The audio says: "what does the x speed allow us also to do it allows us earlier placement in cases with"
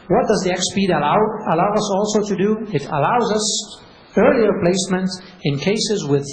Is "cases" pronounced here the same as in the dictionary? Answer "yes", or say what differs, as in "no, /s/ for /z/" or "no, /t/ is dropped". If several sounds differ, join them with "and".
yes